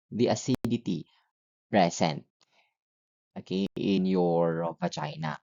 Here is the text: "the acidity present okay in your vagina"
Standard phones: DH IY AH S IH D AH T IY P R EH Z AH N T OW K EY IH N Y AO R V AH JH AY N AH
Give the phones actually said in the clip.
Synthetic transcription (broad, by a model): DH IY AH S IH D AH T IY P R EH S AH N T OW K EY IH N Y AO R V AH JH AY N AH